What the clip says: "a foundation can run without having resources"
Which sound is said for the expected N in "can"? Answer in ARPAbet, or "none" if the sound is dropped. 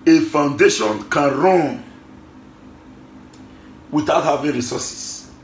N